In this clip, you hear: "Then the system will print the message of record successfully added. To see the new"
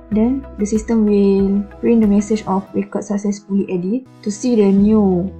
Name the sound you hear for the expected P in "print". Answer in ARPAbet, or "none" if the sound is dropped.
B